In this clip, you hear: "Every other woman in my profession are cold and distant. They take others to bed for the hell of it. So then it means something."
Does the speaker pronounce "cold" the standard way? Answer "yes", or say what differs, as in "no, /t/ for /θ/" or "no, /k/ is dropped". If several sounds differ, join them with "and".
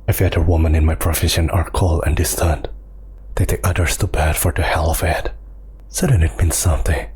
no, /d/ is dropped